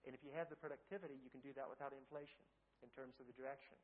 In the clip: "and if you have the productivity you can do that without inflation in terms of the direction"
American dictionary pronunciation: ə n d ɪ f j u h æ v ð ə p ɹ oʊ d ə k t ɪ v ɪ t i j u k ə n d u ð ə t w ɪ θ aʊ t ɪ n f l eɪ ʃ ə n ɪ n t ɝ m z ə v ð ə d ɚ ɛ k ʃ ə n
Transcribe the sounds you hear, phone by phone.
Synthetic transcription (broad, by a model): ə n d ɪ f j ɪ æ v ð ə p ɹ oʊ d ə k t ɪ v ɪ t i j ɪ k n d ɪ ð ə t w ɪ θ aʊ t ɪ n f l eɪ ʃ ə n ɪ n t ɝ m z ə v ð ə d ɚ ɛ k ʃ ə n